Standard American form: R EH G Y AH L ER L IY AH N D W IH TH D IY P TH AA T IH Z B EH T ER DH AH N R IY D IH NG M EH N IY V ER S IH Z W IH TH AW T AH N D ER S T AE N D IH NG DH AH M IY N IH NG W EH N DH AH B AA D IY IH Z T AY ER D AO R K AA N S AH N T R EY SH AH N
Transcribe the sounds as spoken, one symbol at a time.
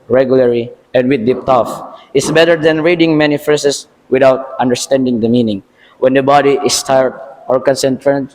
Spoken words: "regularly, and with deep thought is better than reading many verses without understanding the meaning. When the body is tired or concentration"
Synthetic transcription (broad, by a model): R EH G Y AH L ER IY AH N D W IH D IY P T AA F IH S B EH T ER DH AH N R IY D IH NG M EH N IY F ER S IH S W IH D AW T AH N D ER S T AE N D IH NG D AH M IY N IH NG W EH N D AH B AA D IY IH S T AY ER D AO R K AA N S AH N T R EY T